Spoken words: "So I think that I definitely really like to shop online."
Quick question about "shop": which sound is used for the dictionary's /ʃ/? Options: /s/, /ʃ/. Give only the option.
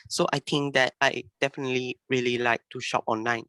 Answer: /ʃ/